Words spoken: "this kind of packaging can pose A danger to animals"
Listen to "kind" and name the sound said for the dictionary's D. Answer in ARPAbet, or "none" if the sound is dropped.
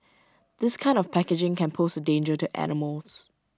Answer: D